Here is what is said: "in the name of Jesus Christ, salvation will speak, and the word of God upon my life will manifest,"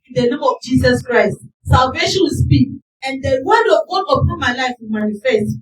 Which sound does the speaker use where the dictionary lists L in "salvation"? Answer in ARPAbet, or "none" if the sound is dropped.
L